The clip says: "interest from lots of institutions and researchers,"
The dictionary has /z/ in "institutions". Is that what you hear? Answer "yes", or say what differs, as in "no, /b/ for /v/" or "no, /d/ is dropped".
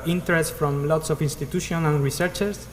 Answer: no, /z/ is dropped